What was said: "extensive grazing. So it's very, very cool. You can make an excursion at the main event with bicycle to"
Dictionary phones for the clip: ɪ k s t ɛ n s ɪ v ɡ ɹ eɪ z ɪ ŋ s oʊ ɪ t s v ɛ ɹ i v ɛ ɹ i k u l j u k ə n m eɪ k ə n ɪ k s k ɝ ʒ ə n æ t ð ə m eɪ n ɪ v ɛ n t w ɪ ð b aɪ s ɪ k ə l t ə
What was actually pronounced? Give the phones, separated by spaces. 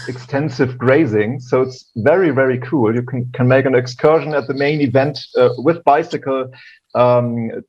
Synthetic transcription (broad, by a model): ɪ k s t ɛ n s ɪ v ɡ ɹ eɪ z ɪ ŋ s oʊ ɪ t s v ɛ ɹ i v ɛ ɹ i k u l j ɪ k ə n m eɪ k ə n ɪ k s k ɝ ʒ ə n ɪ t ð ə m eɪ n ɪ v ɛ n t w ɪ ð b aɪ s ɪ k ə l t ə